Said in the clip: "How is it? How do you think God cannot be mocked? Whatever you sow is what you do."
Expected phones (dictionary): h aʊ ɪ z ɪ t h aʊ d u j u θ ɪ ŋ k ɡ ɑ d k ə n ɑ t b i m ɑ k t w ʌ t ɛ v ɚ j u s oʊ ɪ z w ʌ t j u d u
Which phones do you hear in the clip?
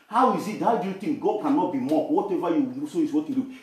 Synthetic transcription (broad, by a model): h aʊ ɪ z ɪ t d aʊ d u j u t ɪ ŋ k ɡ ɑ d k ə n ɑ t b i m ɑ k w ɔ t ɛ v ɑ j u s oʊ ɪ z w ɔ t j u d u